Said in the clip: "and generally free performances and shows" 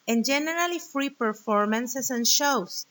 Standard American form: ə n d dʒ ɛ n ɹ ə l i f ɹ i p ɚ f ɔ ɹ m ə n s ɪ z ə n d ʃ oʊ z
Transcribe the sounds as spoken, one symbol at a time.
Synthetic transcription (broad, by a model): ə n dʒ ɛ n ɹ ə l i f ɹ i p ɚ f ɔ ɹ m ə n s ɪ s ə n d ʃ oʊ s